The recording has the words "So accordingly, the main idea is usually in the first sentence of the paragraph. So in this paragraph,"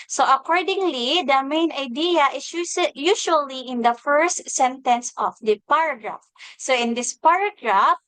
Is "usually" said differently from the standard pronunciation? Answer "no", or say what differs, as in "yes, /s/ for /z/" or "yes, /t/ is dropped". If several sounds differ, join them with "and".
yes, /s/ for /ʒ/